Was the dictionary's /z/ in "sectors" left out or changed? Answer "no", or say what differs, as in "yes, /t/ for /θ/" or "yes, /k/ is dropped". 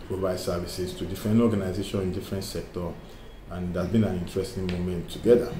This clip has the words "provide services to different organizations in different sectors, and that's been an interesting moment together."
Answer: yes, /z/ is dropped